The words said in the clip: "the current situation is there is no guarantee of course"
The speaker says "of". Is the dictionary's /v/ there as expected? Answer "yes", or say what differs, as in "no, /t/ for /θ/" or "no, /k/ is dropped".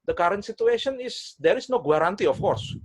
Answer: no, /f/ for /v/